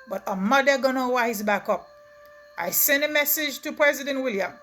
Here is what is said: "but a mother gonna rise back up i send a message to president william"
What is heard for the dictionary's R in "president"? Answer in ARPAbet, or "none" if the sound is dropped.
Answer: R